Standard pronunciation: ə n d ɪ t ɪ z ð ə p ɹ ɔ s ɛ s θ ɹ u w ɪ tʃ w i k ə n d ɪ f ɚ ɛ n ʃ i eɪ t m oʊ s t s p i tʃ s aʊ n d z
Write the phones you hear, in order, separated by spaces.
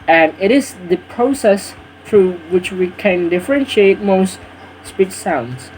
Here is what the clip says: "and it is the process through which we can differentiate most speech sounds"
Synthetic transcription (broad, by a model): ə n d ɪ t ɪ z ð ə p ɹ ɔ s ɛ s θ ɹ u w ɪ tʃ w i k ə n d ɪ f ɚ ɛ n ʃ i eɪ t m oʊ s t s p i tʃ s aʊ n d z